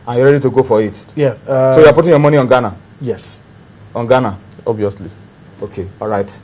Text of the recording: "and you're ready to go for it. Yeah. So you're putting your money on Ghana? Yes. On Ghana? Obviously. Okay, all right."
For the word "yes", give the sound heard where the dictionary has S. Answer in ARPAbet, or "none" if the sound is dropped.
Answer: S